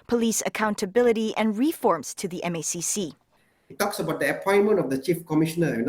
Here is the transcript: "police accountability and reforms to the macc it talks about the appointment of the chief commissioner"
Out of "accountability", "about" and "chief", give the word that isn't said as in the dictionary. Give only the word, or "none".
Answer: none